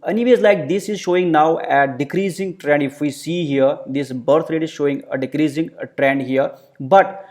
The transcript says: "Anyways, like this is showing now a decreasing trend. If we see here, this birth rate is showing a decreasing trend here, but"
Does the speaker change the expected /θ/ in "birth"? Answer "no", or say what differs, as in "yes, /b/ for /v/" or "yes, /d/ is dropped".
yes, /t/ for /θ/